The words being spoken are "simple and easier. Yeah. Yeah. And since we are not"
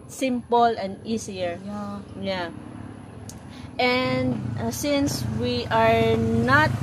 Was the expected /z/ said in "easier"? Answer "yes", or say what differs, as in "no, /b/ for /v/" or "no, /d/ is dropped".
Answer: no, /s/ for /z/